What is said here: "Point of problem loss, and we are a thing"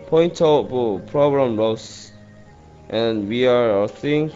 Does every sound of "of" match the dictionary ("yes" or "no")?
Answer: no